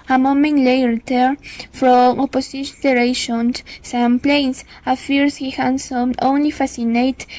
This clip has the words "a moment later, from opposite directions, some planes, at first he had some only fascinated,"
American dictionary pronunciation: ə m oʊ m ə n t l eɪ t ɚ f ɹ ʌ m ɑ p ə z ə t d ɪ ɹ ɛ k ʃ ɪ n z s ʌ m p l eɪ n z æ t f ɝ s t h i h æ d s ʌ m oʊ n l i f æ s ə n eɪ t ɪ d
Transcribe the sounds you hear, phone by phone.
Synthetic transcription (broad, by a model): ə m oʊ m ə n t l eɪ t ɚ f ɹ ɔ m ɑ p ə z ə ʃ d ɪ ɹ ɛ ʃ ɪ n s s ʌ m p l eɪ n s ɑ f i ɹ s h i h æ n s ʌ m oʊ n l i f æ s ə n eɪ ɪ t